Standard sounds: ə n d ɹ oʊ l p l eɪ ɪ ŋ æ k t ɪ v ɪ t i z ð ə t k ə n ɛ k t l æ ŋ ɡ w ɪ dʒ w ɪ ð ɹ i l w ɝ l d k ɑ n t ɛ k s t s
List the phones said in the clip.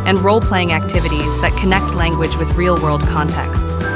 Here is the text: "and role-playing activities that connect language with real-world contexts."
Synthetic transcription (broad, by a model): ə n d ɹ oʊ l p l eɪ ɪ ŋ æ k t ɪ v ɪ t i z ð ə t k ə n ɛ k t l æ ŋ ɡ w ɪ dʒ w ɪ ð ɹ i l w ɝ l d k ɑ n t ɛ k s t s